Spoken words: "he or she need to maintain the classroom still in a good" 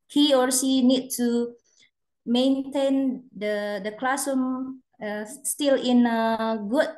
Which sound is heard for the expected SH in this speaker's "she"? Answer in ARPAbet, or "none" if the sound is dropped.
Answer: S